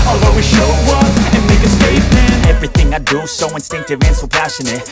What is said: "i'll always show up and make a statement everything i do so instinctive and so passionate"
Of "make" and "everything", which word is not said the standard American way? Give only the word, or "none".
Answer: none